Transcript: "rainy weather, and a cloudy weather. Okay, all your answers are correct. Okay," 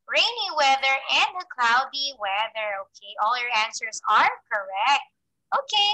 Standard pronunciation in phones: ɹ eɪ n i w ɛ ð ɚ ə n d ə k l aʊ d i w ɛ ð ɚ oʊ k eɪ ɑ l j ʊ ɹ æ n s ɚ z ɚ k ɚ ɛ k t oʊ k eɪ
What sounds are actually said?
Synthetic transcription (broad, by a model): ɹ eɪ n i w ɛ ð ɚ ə n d ə k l aʊ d i w ɛ ð ɚ oʊ k eɪ ɑ l j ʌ ɹ æ n s ɚ z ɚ k ɚ ɛ k t oʊ k eɪ